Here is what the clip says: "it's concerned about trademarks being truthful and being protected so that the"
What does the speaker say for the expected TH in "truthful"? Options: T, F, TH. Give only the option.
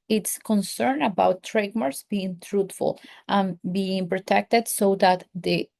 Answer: T